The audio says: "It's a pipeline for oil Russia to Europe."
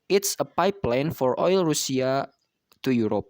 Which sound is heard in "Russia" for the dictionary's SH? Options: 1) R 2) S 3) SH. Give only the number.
2